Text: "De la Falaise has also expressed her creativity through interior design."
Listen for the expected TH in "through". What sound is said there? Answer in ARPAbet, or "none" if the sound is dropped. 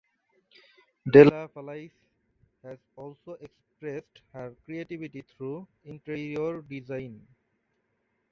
T